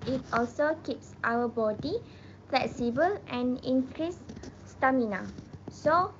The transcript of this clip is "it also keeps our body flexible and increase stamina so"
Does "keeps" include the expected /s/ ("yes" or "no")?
yes